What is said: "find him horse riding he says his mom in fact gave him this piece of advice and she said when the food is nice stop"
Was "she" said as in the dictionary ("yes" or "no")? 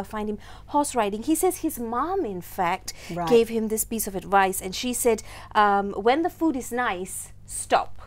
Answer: yes